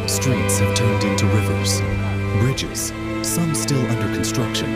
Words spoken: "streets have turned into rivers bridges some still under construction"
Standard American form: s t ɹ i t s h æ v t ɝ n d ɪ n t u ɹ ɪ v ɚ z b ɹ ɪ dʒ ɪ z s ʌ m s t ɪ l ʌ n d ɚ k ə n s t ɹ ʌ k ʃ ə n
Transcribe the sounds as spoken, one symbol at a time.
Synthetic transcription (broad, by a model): s t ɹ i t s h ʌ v t ɝ n d ɪ n t u ɹ ɪ v ɚ z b ɹ ɪ dʒ ɪ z s ʌ m s t ɪ l ʌ n d ɚ k n s t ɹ ʌ k ʃ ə n